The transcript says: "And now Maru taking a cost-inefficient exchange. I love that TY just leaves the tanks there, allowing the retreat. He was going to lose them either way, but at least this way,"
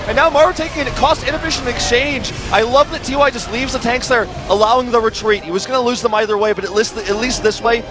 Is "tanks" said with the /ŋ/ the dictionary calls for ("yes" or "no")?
yes